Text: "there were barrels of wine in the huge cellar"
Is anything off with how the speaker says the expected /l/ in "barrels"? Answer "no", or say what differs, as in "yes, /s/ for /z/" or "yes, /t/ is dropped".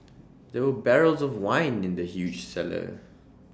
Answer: no